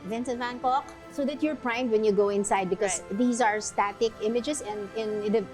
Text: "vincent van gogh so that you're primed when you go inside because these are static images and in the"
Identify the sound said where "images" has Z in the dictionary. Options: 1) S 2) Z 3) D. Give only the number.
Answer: 1